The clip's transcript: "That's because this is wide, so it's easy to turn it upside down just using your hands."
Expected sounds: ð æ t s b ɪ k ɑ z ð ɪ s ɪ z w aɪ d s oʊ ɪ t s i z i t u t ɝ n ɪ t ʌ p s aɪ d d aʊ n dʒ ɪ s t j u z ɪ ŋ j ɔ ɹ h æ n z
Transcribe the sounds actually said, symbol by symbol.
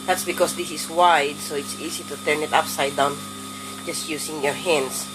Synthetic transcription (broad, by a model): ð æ t s b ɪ k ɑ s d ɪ s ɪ s w aɪ d s oʊ ɪ t s i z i t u t ɝ n ɪ t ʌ p s aɪ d d aʊ n dʒ ɪ s t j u s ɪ ŋ j ɔ ɹ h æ n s